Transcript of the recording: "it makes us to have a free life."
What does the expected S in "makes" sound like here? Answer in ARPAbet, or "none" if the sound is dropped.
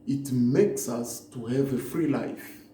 S